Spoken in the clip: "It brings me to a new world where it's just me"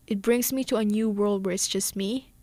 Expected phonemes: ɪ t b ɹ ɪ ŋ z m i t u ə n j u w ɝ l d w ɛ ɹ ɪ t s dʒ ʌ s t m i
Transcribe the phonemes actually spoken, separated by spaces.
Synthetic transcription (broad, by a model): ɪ t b ɹ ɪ ŋ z m i t u ə n j u w ɝ l d w ɛ ɹ ɪ t s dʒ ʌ s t m i